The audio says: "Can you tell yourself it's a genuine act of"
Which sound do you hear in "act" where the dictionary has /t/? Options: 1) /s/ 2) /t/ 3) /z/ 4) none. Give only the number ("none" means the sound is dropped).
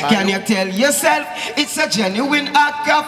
4